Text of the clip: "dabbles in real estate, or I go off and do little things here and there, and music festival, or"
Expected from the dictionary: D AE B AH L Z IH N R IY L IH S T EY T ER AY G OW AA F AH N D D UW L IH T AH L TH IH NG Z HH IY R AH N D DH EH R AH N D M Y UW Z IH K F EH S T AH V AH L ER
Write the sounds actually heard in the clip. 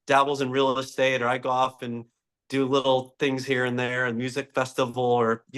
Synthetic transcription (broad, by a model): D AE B L Z IH N R IY L IH S T EY T ER AY G OW AA F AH N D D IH L IH T L TH IH NG Z HH IY R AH N DH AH R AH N M Y UW Z IH K F EH S T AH V L ER